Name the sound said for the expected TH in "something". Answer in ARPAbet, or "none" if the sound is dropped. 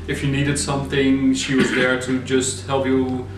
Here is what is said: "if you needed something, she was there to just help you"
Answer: TH